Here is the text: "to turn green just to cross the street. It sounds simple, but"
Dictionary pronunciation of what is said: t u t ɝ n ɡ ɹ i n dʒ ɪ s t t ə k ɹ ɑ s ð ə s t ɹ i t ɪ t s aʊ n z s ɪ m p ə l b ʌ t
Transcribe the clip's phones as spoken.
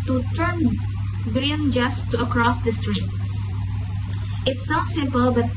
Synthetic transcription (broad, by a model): t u t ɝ n ɡ ɹ i n dʒ ɪ s t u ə k ɹ ɑ s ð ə s t ɹ i t ɪ t s n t s ɪ m p ə l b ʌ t